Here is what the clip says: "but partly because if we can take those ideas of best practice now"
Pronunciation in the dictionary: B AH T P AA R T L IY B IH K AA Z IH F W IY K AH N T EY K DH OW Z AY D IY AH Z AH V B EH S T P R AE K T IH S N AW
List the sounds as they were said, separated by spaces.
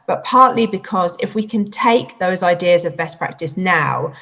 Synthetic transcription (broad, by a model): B AH T P AA T L IY B IH K AA Z IH F W IY K AH N T EY K DH OW Z AY D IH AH Z AH V B EH S P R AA K T IH S N AW